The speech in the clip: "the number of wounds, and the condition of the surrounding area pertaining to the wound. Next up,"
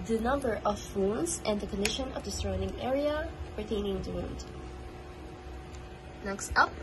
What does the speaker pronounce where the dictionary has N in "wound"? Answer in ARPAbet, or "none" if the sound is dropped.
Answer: N